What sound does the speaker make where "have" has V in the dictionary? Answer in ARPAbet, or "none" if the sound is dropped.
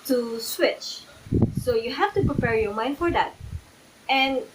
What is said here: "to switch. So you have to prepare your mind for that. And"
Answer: F